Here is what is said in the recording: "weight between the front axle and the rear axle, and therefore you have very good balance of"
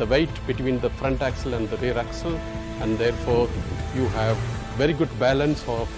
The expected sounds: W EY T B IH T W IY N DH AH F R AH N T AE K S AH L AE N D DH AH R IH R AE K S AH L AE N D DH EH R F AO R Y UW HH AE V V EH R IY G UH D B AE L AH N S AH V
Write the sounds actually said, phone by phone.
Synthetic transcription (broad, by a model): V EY T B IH T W IY N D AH F R AH N T AE K S AH L AE N D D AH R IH R AE K S AH L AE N D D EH R F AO R Y UW HH AE V V EH R IY G UH D B AE L AH N S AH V